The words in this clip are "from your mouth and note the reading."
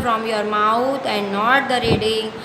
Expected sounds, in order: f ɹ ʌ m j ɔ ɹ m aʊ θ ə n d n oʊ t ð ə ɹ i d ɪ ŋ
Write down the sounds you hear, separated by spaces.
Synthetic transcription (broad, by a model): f ɹ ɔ m j ɔ ɹ m aʊ t ə n d n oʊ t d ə ɹ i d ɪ